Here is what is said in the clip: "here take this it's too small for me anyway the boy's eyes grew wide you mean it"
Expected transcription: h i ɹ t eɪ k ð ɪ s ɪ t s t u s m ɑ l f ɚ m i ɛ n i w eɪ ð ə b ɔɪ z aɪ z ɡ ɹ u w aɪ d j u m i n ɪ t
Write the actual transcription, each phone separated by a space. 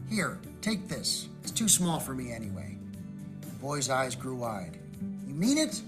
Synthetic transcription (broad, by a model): h i ɹ t eɪ k ð ɪ s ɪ t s t u s m ɑ l f ɚ m i ɛ n i w eɪ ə b ɔɪ z aɪ z ɡ ɹ u w aɪ d j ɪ m i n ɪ t